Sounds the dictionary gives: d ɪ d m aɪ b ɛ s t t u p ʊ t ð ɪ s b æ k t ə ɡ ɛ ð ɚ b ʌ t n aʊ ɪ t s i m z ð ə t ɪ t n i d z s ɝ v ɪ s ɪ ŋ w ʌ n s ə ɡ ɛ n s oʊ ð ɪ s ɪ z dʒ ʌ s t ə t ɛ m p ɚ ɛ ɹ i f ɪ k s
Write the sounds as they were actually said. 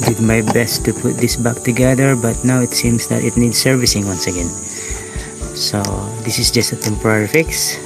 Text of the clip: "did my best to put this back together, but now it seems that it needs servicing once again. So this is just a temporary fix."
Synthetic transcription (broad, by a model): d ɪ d m aɪ b ɛ s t t u p ʊ t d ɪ s b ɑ k t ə ɡ ɛ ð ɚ b ʌ t n aʊ ɪ t s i m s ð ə t ɪ t n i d s ɝ v ɪ s ɪ ŋ w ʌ n s ə ɡ ɛ n s oʊ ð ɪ s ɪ s dʒ ʌ s t ə t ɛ m p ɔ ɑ ɹ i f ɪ k s